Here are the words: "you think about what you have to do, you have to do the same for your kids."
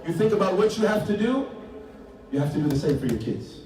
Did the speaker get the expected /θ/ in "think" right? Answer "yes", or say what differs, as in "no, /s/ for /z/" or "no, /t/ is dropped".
yes